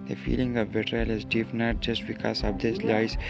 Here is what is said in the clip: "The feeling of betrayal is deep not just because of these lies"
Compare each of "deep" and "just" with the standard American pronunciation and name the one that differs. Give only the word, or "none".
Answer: deep